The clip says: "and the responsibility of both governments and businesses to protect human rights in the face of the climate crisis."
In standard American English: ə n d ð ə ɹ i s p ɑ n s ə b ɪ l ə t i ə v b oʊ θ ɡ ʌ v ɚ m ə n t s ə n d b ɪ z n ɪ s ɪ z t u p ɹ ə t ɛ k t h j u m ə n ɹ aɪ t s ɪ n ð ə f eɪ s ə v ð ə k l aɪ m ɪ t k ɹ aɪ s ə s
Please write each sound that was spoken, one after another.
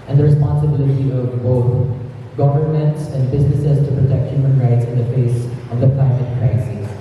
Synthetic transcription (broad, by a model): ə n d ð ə ɹ i s p ɑ n s ə b ɪ l ə t i ə v b oʊ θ ɡ ʌ v ɚ m ə n t s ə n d b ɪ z n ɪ s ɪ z t u p ɹ ə t ɛ k t h j u m ə n ɹ aɪ t s ɪ n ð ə f eɪ s ə v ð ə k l aɪ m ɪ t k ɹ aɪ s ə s